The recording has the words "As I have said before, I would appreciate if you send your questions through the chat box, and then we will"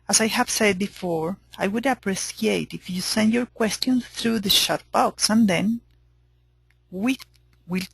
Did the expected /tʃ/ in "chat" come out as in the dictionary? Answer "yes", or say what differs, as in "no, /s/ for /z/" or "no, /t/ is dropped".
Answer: no, /ʃ/ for /tʃ/